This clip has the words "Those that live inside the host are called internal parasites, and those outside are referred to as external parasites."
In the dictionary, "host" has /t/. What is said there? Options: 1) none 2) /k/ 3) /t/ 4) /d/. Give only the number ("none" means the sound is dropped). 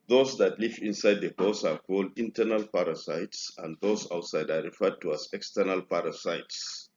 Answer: 1